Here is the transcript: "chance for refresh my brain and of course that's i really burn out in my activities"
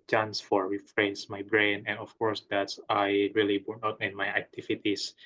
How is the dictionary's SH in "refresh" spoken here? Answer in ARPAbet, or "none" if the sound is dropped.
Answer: S